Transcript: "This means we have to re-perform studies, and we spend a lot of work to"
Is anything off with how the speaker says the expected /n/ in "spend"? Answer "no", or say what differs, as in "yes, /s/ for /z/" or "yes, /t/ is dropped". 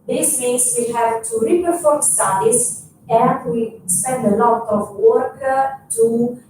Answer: no